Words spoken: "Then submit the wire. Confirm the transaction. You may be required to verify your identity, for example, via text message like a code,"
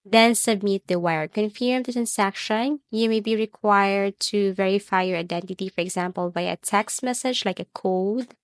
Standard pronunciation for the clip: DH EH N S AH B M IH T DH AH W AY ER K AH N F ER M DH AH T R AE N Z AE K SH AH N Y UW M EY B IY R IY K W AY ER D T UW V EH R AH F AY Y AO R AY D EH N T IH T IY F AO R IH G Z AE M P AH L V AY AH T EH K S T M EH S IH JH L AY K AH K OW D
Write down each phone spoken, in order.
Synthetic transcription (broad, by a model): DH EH N S AH B M IH T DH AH W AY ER K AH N F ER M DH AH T R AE N S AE K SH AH N Y UW M EY B IY R IY K W AY ER D T UW V EH R AH F AY Y AO R AY D EH N T IH T IY F AO R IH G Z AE M P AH L B AY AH T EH K S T M EH S IH JH L AY K AH K OW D